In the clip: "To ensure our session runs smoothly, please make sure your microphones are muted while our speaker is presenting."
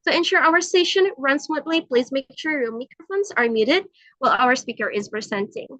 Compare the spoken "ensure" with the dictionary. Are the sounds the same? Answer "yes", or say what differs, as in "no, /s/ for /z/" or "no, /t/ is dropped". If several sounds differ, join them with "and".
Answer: yes